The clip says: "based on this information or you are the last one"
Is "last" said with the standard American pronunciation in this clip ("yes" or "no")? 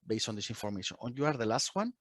yes